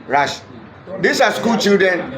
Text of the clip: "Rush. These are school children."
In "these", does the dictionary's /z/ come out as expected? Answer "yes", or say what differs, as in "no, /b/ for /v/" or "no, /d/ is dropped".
no, /s/ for /z/